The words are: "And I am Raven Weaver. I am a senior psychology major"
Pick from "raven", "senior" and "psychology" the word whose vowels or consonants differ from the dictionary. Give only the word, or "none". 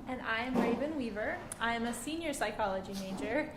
none